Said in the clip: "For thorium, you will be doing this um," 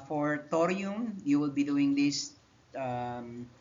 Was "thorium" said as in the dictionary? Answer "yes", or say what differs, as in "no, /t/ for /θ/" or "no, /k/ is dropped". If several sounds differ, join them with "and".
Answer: no, /t/ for /θ/